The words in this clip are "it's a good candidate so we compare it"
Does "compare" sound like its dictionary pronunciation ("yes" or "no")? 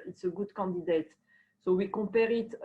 no